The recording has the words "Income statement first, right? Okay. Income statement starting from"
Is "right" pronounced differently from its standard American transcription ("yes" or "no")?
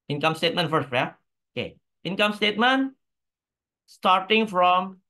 yes